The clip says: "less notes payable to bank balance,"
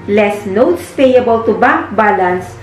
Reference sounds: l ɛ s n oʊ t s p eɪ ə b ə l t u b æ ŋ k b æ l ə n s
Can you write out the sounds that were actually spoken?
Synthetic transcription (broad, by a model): l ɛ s n oʊ t s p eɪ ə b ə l t u b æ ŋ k b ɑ l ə n s